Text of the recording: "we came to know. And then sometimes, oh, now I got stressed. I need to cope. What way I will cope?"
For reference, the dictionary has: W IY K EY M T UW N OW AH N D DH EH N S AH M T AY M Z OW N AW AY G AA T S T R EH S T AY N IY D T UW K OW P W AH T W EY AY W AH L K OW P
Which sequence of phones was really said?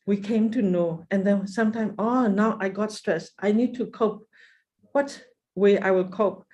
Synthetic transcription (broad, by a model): W IY K EY M T UW N OW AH N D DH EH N S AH M T AY M OW N AW AY G AA T S T R EH S T AY N IY D T UW K OW P W AH T W EY AY W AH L K OW P